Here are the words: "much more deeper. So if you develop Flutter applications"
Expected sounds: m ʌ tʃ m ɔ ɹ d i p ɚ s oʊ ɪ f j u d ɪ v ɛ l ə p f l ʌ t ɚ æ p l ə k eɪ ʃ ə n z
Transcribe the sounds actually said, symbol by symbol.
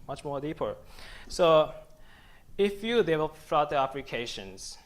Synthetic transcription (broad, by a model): m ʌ tʃ m ɔ ɹ d i p ɚ s oʊ ɪ f j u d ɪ ɪ w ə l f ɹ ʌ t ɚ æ p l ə k eɪ ʃ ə n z